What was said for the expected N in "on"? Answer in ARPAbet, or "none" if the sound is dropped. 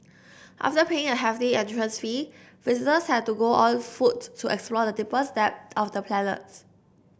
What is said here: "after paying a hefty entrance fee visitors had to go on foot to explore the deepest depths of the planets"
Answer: L